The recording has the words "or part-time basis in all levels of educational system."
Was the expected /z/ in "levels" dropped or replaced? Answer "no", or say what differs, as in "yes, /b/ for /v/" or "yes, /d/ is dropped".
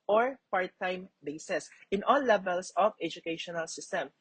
yes, /s/ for /z/